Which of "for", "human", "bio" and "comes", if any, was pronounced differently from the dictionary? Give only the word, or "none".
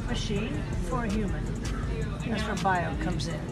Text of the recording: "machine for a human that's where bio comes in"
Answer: none